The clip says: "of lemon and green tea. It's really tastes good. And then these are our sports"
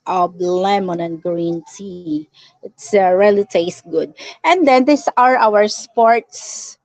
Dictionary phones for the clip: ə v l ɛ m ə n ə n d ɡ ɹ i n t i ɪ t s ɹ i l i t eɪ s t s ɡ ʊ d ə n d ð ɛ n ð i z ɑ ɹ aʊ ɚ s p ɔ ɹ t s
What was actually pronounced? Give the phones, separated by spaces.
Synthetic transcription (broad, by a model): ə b l ɛ m ə n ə n ɡ ɹ i n t i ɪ t s ɹ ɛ l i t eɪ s s ɡ ʊ d ə n d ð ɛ n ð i s ɑ ɹ aʊ ɚ s p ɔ ɹ t s